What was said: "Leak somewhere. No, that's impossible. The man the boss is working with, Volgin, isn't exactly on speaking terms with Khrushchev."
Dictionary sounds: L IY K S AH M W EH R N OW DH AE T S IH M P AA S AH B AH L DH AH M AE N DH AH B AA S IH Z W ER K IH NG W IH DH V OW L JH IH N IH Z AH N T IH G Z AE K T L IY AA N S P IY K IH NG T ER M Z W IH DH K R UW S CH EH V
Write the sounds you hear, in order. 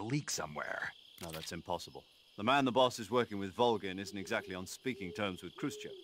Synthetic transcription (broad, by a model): L IY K S AH M W EH R N OW DH AE T S IH M P AA S AH B AH L DH AH M AE N DH AH B AA S IH Z W ER K IH NG W IH DH V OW L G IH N IH Z N T IH G Z AE K T L IY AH N S P IY K IH NG T ER M Z W IH DH K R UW S CH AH